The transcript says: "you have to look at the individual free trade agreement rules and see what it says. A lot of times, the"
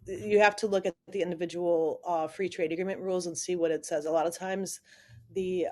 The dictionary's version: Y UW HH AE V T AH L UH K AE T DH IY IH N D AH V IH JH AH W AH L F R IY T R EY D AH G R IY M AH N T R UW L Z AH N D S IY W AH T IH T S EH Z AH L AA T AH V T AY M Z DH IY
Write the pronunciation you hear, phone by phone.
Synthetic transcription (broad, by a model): Y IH HH AE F T AH L UH K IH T DH IY IH N D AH V IH JH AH W L F R IY T R EY D AH G R IY M AH N T R UW L Z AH N S IY W AH T IH T S EH Z AH L AA T AH V T AY M Z DH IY